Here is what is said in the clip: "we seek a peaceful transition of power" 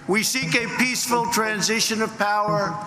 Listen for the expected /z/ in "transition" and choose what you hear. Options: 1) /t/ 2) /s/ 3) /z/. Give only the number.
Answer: 3